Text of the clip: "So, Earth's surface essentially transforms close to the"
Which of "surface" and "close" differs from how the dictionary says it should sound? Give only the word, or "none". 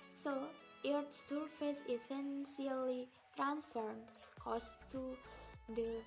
close